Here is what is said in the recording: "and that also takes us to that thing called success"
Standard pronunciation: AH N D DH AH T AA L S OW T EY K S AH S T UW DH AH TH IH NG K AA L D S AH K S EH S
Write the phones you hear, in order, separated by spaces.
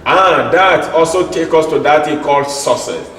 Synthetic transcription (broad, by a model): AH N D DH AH T AA L S OW T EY K AO S T UW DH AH T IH K AA L D S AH S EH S